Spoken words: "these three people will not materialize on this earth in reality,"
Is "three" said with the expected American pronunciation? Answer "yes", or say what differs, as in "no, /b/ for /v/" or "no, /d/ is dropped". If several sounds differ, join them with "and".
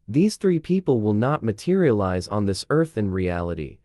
yes